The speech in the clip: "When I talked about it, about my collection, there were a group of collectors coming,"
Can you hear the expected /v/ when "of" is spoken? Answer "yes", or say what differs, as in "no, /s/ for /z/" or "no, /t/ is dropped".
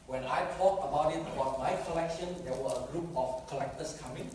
no, /f/ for /v/